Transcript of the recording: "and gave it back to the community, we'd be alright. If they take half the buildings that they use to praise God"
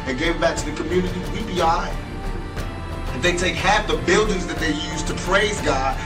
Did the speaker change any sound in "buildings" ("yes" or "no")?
no